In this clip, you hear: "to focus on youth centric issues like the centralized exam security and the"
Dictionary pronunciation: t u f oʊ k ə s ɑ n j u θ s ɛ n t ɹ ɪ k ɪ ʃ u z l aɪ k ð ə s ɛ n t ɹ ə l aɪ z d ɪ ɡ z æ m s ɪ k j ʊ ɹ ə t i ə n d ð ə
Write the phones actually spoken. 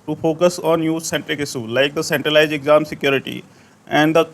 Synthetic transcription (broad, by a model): t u f oʊ k ə s ɑ n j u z s ɛ n t ɹ ɪ k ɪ s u l aɪ k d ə s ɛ n t ɹ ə l aɪ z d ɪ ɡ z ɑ m s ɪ k j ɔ ɹ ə t i ə n d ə